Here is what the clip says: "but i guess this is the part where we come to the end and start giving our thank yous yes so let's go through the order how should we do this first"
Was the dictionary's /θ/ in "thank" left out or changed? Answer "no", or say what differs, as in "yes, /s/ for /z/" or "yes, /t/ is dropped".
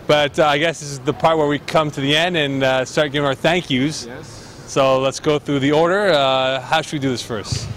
no